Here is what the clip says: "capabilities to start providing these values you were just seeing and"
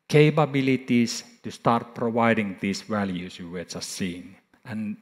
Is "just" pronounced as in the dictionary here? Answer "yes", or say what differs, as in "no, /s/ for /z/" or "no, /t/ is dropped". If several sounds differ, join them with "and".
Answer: no, /tʃ/ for /dʒ/